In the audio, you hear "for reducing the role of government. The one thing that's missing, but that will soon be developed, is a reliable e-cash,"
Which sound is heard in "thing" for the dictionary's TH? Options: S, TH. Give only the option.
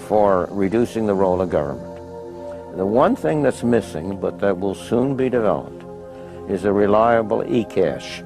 TH